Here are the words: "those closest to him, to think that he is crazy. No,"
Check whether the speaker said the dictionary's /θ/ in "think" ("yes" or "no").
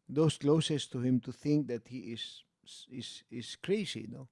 yes